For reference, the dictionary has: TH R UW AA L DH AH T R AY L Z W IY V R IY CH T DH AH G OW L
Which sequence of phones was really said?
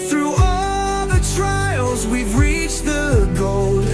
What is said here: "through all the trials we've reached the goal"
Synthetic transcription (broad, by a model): TH R UW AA DH AH T R AY L Z W IY V R IY CH DH AH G OW L